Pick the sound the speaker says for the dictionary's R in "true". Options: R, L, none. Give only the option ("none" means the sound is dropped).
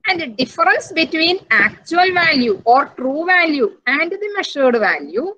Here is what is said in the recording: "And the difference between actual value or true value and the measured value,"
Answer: R